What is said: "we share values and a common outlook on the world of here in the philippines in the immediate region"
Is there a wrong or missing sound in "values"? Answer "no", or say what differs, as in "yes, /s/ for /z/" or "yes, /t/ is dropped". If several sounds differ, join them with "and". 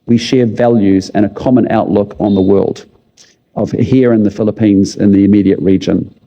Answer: no